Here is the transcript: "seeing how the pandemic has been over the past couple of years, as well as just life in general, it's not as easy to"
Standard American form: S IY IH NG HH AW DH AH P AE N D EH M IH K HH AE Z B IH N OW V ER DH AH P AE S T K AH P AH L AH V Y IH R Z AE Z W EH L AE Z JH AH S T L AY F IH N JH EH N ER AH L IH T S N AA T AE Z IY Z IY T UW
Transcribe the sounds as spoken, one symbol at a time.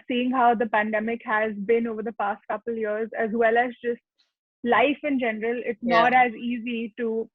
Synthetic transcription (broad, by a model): S IY IH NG HH AW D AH P AE N D EH M IH K HH AE Z B IH N OW V ER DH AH P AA S T K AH P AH L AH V Y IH R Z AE Z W EH L AE Z JH AH S T L AY F IH N JH EH N ER AH L IH T S N AA T AE Z IY Z IY T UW